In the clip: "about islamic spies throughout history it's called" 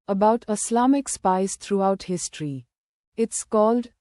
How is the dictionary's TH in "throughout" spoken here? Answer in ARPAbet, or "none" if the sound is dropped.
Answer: T